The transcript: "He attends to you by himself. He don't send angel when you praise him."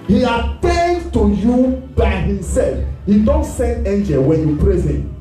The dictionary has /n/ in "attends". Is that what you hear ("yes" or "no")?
no